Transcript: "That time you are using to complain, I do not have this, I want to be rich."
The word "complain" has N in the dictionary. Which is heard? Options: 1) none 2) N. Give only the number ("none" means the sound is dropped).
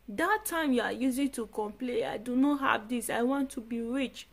1